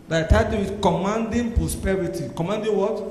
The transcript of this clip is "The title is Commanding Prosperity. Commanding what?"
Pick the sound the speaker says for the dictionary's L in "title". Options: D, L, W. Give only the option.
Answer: W